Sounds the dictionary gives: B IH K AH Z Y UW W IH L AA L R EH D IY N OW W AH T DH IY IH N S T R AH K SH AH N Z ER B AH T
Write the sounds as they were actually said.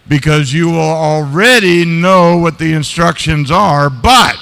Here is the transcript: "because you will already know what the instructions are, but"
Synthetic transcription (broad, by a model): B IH K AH Z Y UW W IH L L R EH D IY N OW W AH T DH IY IH N S T R AH K SH AH N Z ER B AH T